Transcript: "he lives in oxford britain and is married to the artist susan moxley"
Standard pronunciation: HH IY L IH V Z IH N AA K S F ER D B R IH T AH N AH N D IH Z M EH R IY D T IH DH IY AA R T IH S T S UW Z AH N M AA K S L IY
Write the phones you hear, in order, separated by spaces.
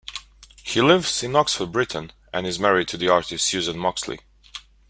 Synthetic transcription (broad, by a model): HH IY L IH V Z IH N AA K S F ER D B R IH T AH N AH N IH Z M EH R IY D T IH DH IY AA R T IH S T S UW Z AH N M AA K S L IY